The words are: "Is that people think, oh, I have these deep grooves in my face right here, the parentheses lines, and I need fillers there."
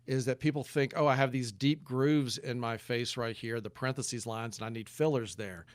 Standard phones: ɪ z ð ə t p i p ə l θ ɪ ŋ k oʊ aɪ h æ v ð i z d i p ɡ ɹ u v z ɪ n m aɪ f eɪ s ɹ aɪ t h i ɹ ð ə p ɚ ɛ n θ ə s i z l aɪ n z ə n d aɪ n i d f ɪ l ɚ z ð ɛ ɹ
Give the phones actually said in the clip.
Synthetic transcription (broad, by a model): ɪ z ð ə t p i p l θ ɪ ŋ k oʊ aɪ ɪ v ð i z d i p ɡ ɹ u v z ɪ n m aɪ f eɪ s ɹ aɪ t h i ɹ ð ə p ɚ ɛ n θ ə s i z l aɪ n z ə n aɪ n i d f ɪ l ɚ z ð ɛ ɹ